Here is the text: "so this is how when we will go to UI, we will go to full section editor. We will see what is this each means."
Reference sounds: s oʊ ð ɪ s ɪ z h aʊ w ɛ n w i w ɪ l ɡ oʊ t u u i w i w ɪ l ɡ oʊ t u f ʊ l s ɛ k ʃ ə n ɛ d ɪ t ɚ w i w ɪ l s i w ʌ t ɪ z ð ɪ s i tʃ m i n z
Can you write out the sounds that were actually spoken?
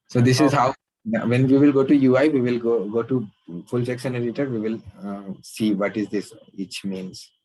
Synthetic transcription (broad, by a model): s oʊ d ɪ s ɪ z h aʊ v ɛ n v i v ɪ l ɡ oʊ t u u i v i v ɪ l ɡ oʊ t u f ʊ l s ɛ k s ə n ɛ d ɪ t ɚ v i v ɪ l s i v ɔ t ɪ z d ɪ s i tʃ m i n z